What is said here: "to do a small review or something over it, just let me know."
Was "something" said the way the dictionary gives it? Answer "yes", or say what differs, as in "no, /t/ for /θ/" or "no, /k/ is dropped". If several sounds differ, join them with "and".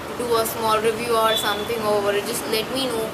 no, /t/ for /θ/